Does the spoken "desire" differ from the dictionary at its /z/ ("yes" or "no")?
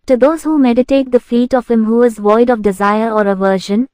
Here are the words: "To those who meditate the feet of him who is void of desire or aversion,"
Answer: no